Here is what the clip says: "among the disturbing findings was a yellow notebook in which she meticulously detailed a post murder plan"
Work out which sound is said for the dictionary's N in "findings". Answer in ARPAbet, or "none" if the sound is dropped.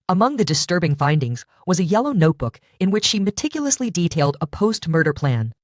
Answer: N